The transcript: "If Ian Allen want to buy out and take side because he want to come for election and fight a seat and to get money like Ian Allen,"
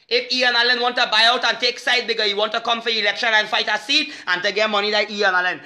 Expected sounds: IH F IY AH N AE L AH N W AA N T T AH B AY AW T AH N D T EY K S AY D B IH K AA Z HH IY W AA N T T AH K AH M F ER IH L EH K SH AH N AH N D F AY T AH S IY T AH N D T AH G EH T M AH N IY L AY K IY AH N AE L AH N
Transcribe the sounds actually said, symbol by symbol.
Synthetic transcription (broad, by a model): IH F IY AH N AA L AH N W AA N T T AH B AY AW T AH N T EY K S AY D B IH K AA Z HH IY W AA N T T AH K AH M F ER IH L EH K SH AH N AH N F AY T AH S IY T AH N T AH G EH T M AH N IY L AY IY AH N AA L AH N